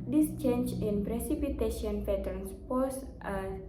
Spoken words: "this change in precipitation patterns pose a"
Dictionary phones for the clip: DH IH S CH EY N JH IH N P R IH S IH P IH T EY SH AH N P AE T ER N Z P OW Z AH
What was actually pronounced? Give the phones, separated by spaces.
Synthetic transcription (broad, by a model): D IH S CH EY N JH IH N P R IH S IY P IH T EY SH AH N F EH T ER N S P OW S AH